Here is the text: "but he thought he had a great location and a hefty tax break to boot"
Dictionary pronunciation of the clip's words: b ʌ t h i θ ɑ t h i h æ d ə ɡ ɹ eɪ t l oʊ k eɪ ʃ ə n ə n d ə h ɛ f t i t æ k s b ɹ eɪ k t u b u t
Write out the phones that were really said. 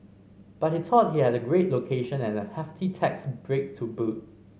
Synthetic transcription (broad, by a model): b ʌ t h i t ɑ t h i h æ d ə ɡ ɹ eɪ t l oʊ k eɪ ʃ ə n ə n ə h ɛ f t i t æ k s b ɹ eɪ k t u b u t